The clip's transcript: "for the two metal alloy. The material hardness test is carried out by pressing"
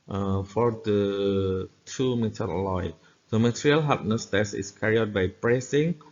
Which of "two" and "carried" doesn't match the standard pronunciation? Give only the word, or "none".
carried